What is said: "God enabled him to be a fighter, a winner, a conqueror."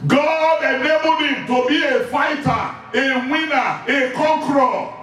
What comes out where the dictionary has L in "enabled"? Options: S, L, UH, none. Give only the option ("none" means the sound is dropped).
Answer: none